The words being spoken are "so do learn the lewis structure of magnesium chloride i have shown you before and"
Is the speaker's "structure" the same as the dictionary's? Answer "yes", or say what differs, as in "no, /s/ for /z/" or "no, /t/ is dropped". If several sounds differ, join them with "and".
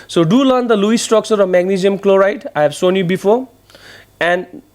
no, /s/ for /tʃ/